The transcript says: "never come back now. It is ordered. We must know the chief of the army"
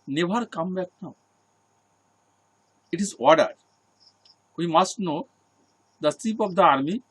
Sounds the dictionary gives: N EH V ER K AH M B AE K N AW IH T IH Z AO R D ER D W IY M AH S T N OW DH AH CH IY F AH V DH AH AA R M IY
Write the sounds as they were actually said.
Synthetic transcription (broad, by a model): N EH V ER K AH M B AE K N AW IH T IH Z AO R D ER D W IY M AH S T N OW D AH S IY P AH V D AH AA R M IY